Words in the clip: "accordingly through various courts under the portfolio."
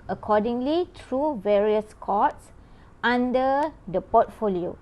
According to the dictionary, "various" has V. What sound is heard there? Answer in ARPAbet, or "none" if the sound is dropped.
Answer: V